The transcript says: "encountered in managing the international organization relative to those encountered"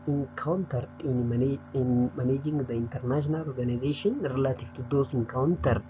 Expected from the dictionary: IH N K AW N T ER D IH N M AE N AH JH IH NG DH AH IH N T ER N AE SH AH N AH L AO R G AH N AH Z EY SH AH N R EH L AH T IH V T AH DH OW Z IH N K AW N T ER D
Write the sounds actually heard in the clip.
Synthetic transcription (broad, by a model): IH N K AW N T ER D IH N M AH N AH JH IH NG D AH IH N T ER N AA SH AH N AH L AO R G AH N AH Z EY SH AH N R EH L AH T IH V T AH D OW S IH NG K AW N T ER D